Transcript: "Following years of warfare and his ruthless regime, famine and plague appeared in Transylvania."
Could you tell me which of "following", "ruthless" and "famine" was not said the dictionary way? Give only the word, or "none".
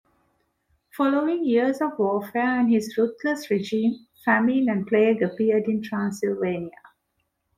ruthless